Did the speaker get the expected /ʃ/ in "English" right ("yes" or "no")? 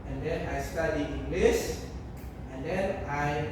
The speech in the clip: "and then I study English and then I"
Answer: no